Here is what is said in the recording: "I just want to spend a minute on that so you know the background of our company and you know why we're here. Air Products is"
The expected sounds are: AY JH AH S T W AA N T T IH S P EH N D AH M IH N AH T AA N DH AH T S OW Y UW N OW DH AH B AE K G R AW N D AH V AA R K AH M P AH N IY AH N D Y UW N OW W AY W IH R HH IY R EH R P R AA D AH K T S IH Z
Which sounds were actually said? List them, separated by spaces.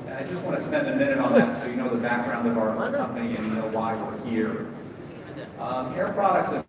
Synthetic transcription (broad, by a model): AY JH AH S T W AA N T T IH S P EH N D AH M IH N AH T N DH AH T S OW Y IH N OW DH AH B AE K G R AW N D AH V AA R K AH M P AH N IY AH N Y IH N OW W AY W IH R HH IY R EH R P R AA D AH K T S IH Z